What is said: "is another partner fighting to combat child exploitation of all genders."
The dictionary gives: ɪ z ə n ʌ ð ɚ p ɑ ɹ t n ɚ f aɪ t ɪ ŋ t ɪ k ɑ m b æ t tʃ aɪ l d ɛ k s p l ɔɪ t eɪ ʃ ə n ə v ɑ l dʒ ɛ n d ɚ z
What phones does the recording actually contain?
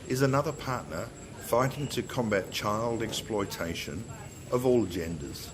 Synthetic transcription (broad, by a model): ɪ z ə n ʌ ð ɚ p ɑ ɹ t n ɚ f aɪ t ɪ ŋ t ɪ k ɑ m b æ t tʃ aɪ l d ɛ k s p l ɔɪ t eɪ ʃ ə n ə v ɑ l dʒ ɛ n d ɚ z